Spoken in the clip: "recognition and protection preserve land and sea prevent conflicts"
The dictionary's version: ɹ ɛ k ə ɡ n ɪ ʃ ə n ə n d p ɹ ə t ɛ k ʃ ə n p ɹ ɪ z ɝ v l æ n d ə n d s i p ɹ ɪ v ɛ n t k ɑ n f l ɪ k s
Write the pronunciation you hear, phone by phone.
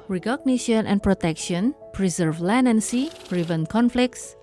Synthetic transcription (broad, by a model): ɹ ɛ k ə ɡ n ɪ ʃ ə n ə n p ɹ ə t ɛ k ʃ ə n p ɹ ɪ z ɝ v l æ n ə n s i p ɹ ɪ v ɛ n k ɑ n f l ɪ k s